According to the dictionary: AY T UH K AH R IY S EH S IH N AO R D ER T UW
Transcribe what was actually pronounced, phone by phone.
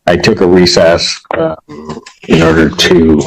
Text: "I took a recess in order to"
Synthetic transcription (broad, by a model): AY T UH K AH R IY S EH S IH N AO R D ER T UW